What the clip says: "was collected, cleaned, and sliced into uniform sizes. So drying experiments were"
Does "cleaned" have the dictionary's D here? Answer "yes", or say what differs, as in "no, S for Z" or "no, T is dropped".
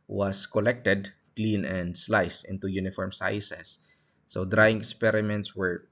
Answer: no, D is dropped